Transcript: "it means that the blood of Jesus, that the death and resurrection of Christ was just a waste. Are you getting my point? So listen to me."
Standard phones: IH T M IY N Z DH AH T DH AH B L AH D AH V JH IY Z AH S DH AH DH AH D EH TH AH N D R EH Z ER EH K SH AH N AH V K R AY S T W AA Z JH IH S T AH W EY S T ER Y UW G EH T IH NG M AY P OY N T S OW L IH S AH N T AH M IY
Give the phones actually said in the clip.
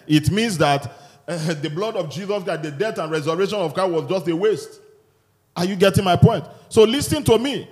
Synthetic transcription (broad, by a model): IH T M IY N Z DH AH T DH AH B L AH D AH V JH IY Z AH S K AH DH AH D EH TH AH N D R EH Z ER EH SH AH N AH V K AY W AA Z JH IH S T AH W EY S T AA Y UW G EH T IH NG M AY P OY N T S OW L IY S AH N T AH M IY